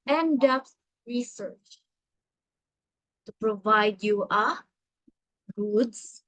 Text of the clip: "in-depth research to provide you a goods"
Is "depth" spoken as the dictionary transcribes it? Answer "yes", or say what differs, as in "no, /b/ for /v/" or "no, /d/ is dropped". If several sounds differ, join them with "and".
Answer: no, /s/ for /θ/